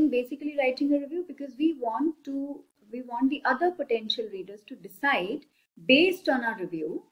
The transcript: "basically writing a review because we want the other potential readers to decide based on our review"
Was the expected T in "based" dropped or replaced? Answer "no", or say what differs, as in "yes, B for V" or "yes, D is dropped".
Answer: no